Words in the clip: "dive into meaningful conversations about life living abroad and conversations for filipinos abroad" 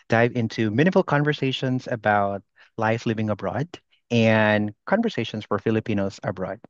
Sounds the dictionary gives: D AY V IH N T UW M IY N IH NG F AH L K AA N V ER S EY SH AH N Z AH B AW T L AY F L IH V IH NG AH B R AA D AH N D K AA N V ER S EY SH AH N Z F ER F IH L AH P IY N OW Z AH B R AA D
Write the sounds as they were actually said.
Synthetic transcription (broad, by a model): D AY V IH N T UW M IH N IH F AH L K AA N V ER S EY SH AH N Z AH B AW T L AY F L IH V IH NG AH B R AA D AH N K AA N V ER S EY SH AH N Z F ER F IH L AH P IY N OW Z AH B R AA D